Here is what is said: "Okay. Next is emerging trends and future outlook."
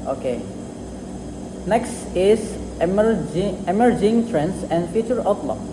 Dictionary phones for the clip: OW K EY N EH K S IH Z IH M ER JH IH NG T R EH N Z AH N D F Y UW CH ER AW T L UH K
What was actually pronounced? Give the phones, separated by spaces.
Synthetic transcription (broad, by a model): OW K EY N EH K S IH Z IH M ER JH IH NG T R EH N S AH N D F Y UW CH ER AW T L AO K